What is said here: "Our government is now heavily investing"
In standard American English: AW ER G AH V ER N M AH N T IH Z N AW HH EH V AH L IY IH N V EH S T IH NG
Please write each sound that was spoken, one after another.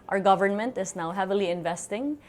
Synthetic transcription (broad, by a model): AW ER G AH V ER N M AH N T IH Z N AW HH EH V AH L IY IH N V EH S T IH NG